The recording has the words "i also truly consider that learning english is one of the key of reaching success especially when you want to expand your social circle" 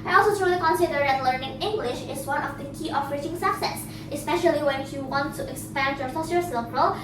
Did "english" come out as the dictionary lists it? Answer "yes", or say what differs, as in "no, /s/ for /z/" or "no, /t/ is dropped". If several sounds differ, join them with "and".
yes